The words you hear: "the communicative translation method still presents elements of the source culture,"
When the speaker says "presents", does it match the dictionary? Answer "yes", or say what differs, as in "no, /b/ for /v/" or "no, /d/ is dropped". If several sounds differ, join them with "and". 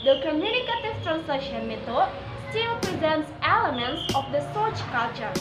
yes